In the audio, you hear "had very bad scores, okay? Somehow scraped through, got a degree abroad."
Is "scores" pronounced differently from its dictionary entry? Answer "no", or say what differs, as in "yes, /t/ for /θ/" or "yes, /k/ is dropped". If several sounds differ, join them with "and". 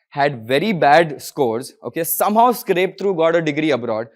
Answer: no